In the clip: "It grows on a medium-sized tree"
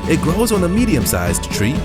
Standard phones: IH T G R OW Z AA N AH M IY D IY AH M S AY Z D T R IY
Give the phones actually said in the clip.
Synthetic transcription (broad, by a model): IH T G R OW Z N AH M IY D IY AH M S AY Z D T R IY